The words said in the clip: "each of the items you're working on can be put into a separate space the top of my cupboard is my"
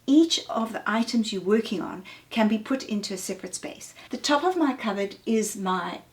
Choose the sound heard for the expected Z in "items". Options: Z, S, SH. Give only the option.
Z